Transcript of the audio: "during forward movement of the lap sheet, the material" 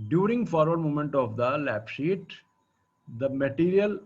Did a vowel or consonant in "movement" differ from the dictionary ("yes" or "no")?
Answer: yes